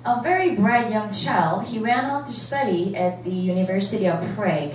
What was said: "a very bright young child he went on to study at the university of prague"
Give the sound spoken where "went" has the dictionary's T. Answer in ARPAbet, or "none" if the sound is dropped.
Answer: none